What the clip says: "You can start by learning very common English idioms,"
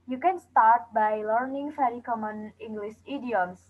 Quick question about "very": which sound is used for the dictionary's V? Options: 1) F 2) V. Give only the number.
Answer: 1